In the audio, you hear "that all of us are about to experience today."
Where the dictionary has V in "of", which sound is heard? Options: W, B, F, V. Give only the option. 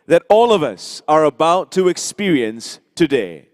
V